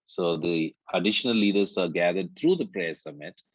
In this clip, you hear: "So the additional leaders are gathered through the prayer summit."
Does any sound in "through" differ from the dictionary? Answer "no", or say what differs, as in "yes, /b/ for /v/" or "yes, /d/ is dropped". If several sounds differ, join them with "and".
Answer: yes, /t/ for /θ/